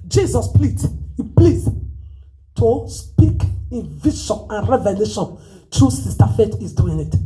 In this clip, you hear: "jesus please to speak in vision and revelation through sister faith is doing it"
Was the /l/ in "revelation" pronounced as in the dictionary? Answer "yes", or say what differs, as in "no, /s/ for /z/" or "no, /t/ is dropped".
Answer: yes